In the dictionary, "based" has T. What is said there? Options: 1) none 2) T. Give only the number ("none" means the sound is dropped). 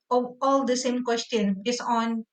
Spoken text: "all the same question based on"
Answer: 1